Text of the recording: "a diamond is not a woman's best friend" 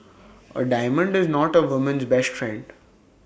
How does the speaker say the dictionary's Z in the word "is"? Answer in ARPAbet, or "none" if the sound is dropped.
Z